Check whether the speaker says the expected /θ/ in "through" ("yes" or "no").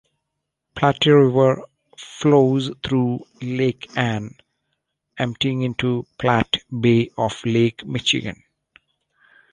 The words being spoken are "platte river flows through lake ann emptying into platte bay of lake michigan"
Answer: no